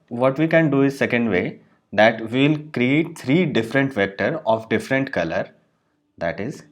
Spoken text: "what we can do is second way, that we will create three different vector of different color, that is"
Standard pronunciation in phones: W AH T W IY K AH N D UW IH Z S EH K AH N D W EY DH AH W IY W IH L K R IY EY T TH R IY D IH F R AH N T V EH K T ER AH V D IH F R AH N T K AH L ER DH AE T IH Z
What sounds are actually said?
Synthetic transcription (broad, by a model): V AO T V IY K AH N D UW IH Z S EH K AH N D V EY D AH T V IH L K R IY EY T T R IY D IH F R AH N T V EH K T ER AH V D IH F R AH N T K AH L ER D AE T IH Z